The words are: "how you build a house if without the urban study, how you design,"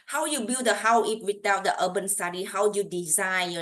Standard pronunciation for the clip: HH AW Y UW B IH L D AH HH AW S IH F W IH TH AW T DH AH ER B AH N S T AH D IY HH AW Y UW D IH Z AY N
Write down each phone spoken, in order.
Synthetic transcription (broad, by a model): HH AW Y UW B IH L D AH HH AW IH P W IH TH AW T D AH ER B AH N S T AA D IY HH AW Y UW D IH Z AY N